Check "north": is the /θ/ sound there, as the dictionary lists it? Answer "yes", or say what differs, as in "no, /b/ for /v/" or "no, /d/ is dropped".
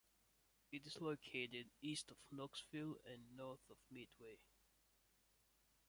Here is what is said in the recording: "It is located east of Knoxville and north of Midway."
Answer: yes